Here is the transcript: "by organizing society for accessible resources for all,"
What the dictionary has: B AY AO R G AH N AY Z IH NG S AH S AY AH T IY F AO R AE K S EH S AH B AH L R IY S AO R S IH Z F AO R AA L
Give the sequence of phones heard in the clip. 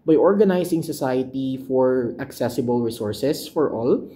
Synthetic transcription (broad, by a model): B AY AO R G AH N AY S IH NG S AH S AY AH T IY F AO R AE K S EH S AH B AH L R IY S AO R S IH S F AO R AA L